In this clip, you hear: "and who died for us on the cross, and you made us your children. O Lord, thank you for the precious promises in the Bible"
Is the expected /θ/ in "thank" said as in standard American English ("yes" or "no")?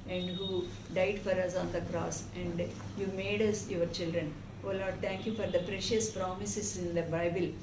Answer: no